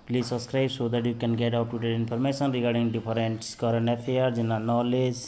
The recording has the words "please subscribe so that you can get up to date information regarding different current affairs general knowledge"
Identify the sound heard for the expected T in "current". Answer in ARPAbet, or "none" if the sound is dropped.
none